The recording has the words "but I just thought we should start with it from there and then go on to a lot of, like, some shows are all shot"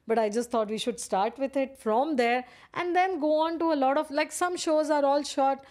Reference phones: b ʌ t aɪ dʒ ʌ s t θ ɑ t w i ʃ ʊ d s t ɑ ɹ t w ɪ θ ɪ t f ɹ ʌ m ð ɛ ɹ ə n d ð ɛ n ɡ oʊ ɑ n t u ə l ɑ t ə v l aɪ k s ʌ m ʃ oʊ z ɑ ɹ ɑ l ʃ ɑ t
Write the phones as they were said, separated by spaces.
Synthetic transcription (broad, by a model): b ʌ t aɪ dʒ ʌ s t ɑ t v i ʃ ʊ d s t ɑ ɹ t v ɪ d ɪ t f ɹ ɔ m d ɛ ɹ ə n d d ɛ n ɡ oʊ ɑ n t u ə l ɑ t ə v l aɪ k s ʌ m ʃ oʊ z ɑ ɹ ɑ l ʃ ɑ t